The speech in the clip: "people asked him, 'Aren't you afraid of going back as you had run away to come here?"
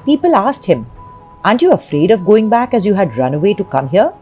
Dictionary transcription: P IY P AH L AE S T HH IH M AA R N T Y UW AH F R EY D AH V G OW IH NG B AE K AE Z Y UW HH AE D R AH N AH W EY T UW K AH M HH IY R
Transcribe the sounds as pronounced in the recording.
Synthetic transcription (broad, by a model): P IY P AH L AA S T HH IH M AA N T Y UW AH F R EY D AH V G OW IH NG B AE K AE Z Y UW HH AE D R AH N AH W EY T UW K AH M HH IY R